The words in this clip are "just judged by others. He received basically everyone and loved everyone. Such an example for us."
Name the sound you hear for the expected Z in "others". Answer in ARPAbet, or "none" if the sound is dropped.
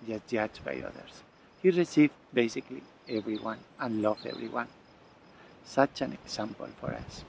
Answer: S